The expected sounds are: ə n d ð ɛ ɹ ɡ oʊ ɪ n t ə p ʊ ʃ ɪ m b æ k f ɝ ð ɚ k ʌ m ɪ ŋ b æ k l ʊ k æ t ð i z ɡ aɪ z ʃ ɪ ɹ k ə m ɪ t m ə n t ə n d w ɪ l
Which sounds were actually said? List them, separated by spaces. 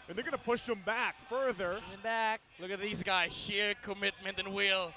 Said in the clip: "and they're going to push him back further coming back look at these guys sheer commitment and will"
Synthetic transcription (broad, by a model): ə n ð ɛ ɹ ɡ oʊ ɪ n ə p ʊ ʃ ɪ m b æ k f ɝ ð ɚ ʌ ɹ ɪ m b æ k l ʊ k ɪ t ð i z ɡ aɪ z ʃ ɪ ɹ k ə m ɪ t m ə n t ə n w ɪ l